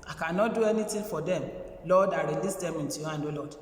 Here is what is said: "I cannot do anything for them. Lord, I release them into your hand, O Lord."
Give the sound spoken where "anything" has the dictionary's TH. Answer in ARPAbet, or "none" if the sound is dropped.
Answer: T